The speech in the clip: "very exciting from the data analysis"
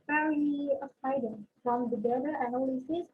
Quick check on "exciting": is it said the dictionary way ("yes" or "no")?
no